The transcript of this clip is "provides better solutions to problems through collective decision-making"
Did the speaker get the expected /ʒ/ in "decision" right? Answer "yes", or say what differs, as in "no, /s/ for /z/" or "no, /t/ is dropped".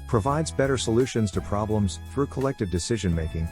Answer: yes